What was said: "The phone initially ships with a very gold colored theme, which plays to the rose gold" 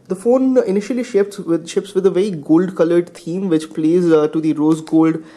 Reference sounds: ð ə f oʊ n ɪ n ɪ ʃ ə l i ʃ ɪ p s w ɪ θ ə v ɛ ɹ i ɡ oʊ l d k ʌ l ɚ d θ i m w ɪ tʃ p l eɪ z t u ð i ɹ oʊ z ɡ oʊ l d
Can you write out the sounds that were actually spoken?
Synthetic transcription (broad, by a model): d ə f oʊ n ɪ n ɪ ʃ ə l i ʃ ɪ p s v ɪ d ə v ɛ ɹ i ɡ oʊ l d k ʌ l ɚ d t i m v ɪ tʃ p l eɪ z t u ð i ɹ oʊ z ɡ oʊ l d